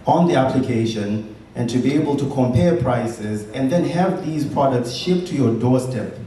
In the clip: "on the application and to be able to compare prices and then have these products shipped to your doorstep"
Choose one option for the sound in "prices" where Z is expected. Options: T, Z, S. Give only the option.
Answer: Z